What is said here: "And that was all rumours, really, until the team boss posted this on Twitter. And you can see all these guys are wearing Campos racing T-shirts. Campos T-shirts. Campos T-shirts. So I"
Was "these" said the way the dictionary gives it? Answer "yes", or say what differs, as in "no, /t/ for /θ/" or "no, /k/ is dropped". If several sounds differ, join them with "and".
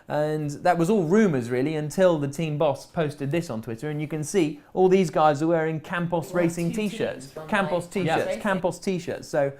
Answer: yes